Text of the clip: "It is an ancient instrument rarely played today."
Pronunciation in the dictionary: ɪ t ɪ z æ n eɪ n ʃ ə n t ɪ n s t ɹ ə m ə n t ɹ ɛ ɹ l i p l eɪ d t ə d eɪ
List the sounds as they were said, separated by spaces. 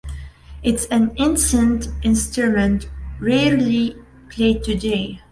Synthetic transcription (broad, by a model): ɪ t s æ n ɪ n s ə n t ɪ n s t ɹ ə m ə n t ɹ ɛ ɹ l i p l eɪ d t ə d eɪ